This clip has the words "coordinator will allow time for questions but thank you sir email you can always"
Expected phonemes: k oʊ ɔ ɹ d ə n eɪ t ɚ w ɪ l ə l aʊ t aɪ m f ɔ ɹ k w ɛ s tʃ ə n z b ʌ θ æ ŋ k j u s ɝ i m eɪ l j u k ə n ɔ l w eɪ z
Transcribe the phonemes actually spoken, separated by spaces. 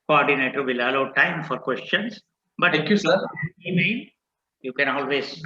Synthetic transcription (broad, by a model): k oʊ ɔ ɹ d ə n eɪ t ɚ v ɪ l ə l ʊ t aɪ m f ɔ ɹ k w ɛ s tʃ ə n s b ʌ t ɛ k j u s ɝ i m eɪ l j u k ə n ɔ l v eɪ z